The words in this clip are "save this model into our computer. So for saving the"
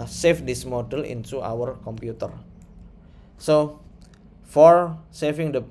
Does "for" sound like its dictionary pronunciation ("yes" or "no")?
yes